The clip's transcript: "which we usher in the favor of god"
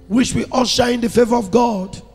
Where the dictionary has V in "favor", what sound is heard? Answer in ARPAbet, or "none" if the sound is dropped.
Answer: V